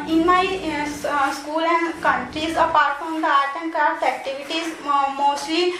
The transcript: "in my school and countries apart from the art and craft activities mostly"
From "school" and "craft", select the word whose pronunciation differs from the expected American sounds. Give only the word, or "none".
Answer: craft